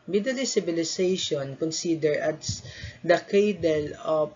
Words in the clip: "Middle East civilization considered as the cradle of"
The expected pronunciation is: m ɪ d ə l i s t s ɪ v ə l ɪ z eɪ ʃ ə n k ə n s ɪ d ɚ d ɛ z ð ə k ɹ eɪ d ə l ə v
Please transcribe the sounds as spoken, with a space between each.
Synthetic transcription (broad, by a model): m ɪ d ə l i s s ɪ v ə l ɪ s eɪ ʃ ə n k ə n s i d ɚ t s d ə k eɪ d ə l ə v